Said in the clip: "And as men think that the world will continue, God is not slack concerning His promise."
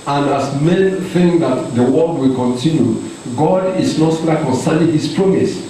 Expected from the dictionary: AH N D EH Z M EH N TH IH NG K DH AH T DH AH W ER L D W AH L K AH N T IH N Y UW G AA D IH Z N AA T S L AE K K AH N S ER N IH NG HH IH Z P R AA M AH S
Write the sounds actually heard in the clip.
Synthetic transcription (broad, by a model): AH N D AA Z M EH N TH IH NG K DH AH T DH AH W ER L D W AH L K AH N T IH N Y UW G AA D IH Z N AA T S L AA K K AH N S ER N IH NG HH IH S P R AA M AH S